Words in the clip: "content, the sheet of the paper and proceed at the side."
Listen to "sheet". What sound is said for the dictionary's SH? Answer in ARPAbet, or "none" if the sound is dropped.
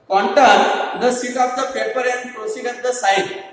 S